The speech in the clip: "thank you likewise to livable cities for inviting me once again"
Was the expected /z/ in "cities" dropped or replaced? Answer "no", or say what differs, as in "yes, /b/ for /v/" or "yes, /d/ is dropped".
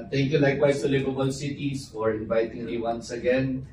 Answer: yes, /s/ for /z/